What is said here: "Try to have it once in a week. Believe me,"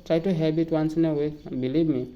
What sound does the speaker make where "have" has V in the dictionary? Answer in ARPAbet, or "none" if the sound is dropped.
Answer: B